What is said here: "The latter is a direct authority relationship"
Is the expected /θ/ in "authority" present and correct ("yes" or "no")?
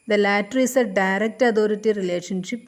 no